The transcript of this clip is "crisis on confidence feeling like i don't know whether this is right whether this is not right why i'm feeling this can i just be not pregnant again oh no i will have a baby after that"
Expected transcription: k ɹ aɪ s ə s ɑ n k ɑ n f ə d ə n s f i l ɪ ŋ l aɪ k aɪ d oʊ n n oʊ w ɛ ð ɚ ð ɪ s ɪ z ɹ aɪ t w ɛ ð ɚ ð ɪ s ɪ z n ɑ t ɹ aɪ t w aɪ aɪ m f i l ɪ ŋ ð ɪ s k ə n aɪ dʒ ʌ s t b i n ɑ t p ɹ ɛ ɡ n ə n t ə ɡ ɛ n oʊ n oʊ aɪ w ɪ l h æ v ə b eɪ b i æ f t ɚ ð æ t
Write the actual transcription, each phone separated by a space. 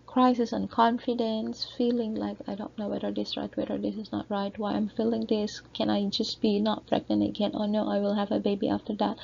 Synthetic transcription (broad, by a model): k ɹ aɪ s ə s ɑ n k ɑ n f ə d ə n s f i l ɪ ŋ l aɪ k aɪ d oʊ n n oʊ w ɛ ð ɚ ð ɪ s ɹ aɪ t w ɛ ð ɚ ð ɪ s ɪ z n ɑ t ɹ aɪ t w aɪ aɪ m f i l ɪ ŋ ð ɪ s k ə n aɪ dʒ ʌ s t b i n ɑ t f ɹ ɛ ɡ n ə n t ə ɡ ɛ n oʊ n oʊ aɪ w ɪ l h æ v ə b eɪ b i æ f t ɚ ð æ t